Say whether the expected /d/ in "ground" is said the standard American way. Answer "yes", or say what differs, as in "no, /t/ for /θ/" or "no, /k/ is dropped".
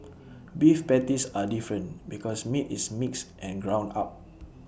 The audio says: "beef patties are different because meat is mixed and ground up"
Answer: no, /d/ is dropped